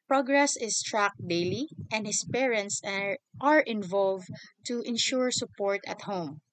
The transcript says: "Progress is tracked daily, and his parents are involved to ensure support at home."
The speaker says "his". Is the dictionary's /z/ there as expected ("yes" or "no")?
no